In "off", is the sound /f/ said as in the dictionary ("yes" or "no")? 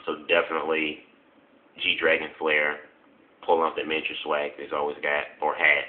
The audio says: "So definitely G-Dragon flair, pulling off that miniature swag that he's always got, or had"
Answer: no